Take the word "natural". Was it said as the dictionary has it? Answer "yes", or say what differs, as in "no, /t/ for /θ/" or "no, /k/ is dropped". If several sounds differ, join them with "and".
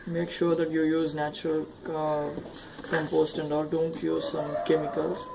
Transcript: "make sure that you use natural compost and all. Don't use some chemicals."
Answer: yes